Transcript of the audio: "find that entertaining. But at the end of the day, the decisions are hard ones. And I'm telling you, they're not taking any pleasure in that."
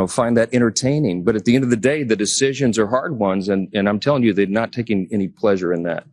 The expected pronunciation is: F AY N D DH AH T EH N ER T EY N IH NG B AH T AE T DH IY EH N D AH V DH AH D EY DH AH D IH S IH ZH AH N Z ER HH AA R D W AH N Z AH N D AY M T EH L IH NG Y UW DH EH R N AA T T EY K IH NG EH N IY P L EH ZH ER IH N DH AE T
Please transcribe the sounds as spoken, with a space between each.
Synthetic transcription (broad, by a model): F AY N DH AH T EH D ER T EY N IH NG B AH T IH T DH IY EH N D AH V DH AH D EY DH AH D IH S IH ZH AH N Z ER HH AA R D W AH N Z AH N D AY M T EH L IH NG Y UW DH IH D N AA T T EY K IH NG EH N IY P L EH ZH ER IH N DH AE T